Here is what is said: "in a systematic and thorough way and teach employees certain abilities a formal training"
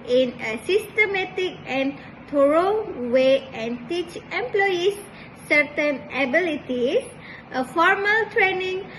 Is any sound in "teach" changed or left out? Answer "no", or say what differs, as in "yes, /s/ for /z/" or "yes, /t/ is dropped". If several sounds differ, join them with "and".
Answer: no